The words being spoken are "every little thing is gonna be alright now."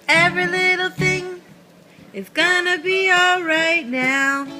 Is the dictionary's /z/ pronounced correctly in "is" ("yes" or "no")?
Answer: no